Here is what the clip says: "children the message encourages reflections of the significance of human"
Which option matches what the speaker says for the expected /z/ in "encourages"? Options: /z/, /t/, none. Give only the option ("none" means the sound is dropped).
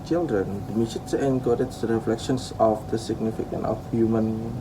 none